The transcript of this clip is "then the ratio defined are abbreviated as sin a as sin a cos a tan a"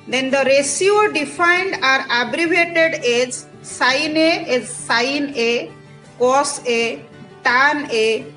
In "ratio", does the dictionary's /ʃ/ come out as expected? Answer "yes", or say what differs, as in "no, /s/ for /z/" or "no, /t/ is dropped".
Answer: no, /s/ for /ʃ/